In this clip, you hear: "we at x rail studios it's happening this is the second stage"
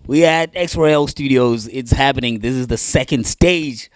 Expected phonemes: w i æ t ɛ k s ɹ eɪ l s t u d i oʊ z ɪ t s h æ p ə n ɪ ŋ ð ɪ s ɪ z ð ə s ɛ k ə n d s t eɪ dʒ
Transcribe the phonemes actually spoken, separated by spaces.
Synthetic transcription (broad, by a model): w i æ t ɛ k s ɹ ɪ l s t u d i oʊ z ɪ t s h æ p ə n ɪ ŋ ð ɪ s ɪ z ð ə s ɛ k ə n d s t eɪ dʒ